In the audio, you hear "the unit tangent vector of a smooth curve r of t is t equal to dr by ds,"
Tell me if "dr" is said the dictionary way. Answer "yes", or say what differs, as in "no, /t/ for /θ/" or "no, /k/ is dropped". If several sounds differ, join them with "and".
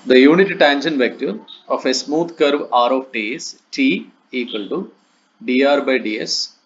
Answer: no, /k/ is dropped